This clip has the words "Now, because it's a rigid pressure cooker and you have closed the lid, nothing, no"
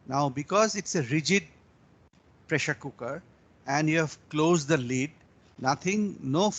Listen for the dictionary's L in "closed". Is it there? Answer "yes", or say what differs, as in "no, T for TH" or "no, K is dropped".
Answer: yes